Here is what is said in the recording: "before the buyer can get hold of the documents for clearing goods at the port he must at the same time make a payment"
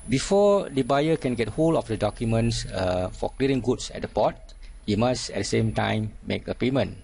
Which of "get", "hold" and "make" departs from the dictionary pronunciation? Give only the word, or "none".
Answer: hold